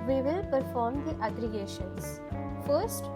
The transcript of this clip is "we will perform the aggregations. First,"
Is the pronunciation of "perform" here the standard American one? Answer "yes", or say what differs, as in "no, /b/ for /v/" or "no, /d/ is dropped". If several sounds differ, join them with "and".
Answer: yes